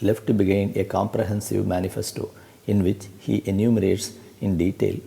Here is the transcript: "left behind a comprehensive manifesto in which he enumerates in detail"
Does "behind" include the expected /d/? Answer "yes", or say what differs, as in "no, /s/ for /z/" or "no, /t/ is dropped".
no, /d/ is dropped